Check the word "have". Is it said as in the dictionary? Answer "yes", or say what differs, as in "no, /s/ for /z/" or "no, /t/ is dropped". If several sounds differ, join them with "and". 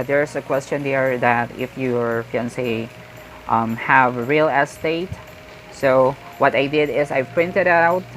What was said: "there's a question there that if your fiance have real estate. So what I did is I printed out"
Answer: yes